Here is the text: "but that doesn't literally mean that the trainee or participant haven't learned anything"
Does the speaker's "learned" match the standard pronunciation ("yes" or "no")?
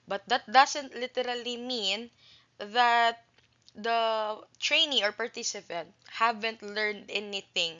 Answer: yes